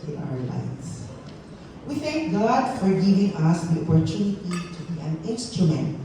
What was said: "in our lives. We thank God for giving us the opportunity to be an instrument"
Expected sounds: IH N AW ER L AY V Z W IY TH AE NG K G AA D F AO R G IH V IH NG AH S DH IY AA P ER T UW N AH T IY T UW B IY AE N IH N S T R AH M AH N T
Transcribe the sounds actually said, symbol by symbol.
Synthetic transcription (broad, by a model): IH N AW ER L AY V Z W IY TH AE NG K G AA D F AO R G IH V IH NG AH S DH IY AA P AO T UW N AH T IY T UW B IY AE N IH N S T R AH M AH N T